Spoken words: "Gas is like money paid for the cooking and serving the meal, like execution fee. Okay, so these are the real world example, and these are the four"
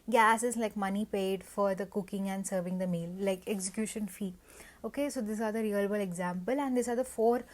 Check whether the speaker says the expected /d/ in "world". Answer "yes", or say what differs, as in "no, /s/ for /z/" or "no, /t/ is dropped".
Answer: no, /d/ is dropped